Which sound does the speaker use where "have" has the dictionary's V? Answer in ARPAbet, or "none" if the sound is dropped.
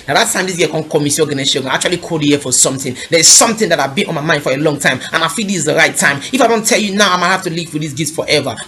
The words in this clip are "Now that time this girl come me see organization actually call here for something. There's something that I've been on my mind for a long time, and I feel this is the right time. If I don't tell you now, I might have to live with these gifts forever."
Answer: F